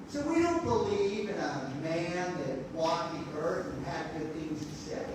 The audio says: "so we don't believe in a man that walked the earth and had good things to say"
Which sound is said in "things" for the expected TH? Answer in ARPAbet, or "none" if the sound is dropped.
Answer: TH